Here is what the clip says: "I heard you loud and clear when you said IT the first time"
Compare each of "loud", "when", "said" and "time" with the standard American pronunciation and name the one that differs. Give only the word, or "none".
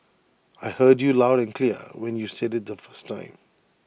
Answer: none